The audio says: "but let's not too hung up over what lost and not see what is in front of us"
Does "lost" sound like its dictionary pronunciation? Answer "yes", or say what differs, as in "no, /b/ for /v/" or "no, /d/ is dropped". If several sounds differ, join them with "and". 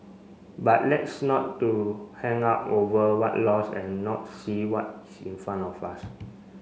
no, /t/ is dropped